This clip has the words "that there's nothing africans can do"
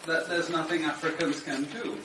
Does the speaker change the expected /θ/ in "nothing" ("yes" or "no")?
no